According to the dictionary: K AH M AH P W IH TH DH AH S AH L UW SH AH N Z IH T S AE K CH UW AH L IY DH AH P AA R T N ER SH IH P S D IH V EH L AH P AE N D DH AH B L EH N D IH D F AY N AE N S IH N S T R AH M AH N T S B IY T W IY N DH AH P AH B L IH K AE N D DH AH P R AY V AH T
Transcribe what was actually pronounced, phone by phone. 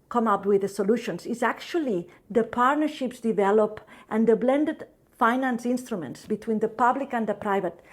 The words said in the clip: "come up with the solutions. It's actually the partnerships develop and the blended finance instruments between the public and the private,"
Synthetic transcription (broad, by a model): K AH M AH P W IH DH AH S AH L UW SH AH N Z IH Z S AE K CH UW AH L IY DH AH P AA R T N ER SH IH P S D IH V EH L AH P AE N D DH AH B L EH N D IH D F AY N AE N S IH N S T R AH M AH N T S B IY T W IY N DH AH P AH B L IH K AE N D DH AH P R AY V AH T